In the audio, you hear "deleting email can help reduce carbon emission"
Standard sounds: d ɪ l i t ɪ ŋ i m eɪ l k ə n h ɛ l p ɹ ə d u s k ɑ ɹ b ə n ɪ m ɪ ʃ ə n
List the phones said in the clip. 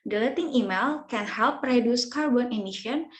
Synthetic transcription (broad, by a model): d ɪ l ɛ t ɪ ŋ i m eɪ l k ə n h ɛ l p ɹ ə d u s k ɑ ɹ b ə n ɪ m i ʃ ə n